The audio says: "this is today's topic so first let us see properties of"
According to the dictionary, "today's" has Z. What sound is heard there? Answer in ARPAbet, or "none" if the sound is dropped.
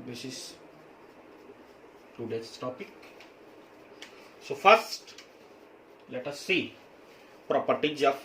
none